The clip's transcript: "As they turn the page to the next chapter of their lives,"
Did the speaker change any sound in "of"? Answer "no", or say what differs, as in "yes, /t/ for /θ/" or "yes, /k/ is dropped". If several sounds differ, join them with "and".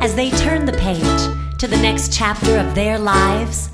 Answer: no